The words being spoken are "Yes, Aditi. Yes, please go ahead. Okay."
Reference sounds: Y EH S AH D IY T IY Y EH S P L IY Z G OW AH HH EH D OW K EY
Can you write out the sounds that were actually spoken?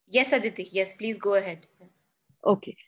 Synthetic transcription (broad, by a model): Y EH S AH D IY T IY Y EH S P L IY Z G OW AH HH EH D OW K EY